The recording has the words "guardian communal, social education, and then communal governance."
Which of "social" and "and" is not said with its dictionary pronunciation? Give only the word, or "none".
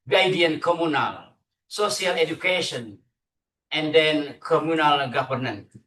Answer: social